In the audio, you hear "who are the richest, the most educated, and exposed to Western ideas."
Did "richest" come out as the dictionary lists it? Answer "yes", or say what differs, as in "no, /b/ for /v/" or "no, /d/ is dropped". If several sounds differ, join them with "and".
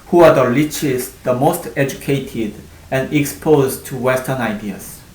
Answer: no, /l/ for /ɹ/